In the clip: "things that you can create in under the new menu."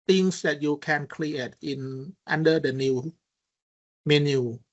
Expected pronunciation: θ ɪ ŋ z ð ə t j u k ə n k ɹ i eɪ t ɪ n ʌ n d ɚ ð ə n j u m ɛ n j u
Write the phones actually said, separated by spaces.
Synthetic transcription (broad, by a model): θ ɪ ŋ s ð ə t j u k ə n k l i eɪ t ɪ n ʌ n d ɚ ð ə n j u m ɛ n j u